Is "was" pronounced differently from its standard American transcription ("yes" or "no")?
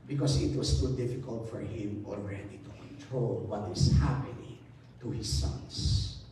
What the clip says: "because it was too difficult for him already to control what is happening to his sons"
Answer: yes